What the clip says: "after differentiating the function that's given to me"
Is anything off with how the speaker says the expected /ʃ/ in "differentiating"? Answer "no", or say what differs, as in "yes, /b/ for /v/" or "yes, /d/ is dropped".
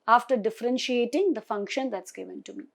no